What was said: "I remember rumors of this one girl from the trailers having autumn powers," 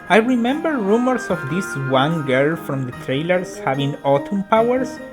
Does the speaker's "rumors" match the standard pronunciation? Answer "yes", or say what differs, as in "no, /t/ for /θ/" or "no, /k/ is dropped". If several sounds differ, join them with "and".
no, /s/ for /z/